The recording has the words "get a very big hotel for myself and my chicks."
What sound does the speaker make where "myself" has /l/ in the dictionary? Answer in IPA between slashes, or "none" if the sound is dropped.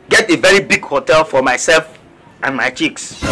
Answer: /l/